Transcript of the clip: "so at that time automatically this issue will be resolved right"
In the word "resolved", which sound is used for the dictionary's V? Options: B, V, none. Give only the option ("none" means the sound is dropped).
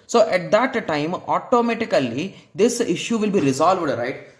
V